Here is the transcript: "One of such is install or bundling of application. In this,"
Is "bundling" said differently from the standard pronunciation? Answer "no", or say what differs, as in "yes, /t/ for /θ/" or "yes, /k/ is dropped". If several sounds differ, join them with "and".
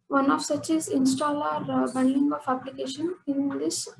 yes, /l/ is dropped